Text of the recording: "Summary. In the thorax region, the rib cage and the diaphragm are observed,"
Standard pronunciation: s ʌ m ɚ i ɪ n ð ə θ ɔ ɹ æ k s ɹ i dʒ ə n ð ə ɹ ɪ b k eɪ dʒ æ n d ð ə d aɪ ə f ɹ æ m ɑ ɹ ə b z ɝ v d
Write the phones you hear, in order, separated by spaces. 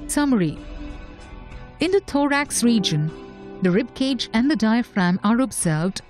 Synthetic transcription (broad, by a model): s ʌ m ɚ i ɪ n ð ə t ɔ ɹ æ k s ɹ i dʒ ə n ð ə ɹ ɪ b k eɪ dʒ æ n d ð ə d aɪ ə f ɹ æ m ɑ ɹ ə b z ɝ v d